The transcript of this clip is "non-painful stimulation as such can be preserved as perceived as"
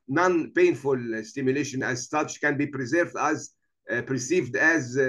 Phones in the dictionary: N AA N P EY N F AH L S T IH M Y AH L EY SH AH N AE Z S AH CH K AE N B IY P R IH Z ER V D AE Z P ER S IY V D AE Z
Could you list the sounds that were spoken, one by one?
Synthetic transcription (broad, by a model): N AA N P EY N F AH L S T IH M Y AH L EY SH AH N AE Z S AH CH K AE N B IY P R IH Z ER V D AE Z P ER S IY V D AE Z